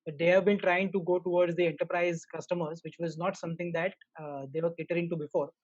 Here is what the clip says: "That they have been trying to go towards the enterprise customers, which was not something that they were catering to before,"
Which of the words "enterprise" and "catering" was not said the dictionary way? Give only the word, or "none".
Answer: none